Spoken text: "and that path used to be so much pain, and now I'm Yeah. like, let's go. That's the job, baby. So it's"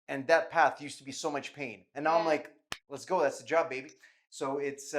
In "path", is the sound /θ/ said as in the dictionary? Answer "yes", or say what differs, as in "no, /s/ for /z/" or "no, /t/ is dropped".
yes